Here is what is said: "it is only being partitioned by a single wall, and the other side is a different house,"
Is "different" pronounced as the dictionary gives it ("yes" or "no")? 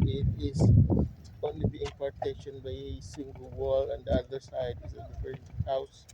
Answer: no